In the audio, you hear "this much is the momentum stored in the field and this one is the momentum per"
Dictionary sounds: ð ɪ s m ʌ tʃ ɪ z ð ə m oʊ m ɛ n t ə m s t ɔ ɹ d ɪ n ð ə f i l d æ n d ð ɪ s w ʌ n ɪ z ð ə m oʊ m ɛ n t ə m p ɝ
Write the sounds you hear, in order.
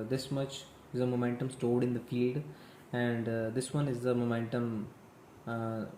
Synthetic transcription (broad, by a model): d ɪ s m ʌ tʃ ɪ z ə m oʊ m ɛ n t ə m s t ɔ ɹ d ɪ n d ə f i l d æ n d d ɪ s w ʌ n ɪ z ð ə m oʊ m ɛ n t ə m